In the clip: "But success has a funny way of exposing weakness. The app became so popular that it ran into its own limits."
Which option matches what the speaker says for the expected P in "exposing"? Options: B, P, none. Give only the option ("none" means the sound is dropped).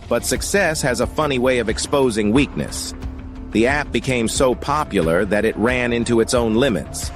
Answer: P